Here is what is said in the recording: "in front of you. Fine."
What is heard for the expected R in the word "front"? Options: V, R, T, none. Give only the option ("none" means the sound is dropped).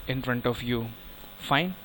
R